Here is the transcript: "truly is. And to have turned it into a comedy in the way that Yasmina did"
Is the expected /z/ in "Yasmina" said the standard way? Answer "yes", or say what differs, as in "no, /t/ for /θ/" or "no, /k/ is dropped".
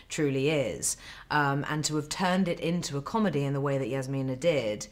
yes